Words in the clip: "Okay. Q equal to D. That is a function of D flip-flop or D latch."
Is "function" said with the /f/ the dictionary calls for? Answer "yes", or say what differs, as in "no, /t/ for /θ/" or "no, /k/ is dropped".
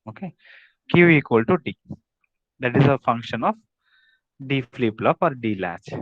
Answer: yes